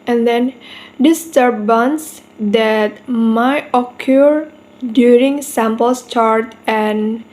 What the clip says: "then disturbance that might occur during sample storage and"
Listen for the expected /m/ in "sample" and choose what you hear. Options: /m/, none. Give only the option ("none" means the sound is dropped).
/m/